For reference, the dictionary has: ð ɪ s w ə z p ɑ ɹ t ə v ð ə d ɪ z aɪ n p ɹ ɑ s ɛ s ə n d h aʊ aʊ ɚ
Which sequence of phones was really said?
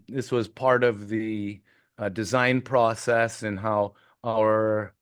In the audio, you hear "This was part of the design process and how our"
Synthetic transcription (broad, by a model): ð ɪ s w ə z p ɑ ɹ t ə v ð ə d ɪ z aɪ n p ɹ ɑ s ɛ s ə n h aʊ aʊ ɚ